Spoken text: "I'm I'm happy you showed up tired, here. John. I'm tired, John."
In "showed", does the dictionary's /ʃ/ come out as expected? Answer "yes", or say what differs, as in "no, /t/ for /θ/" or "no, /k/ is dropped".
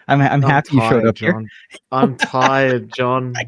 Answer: yes